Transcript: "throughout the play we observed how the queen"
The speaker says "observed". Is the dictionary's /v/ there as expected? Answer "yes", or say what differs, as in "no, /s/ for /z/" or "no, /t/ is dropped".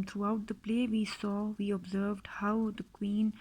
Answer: yes